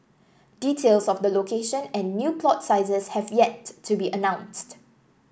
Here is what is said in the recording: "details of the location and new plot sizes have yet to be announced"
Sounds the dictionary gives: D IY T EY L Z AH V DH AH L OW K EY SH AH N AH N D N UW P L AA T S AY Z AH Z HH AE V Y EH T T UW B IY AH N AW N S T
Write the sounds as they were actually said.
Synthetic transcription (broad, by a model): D IY T EY L S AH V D AH L OW K EY SH AH N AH N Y UW P L AA T S AY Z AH S HH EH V Y EH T T UW B IY AH N AW N S T